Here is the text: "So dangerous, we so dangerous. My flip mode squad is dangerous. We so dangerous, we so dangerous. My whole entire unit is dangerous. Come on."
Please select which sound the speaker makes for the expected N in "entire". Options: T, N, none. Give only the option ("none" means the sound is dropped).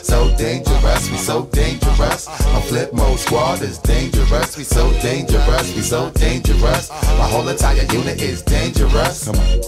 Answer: none